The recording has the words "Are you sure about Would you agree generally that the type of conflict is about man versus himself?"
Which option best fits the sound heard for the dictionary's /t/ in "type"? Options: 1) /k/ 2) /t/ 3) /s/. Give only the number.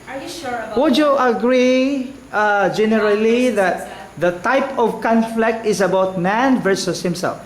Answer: 2